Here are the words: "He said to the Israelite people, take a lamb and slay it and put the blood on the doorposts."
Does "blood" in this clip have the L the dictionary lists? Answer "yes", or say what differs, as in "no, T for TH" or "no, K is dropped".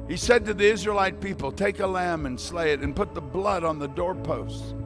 yes